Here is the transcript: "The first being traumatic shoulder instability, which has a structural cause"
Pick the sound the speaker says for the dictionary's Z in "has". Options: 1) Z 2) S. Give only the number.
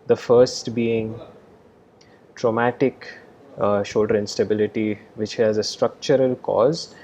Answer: 1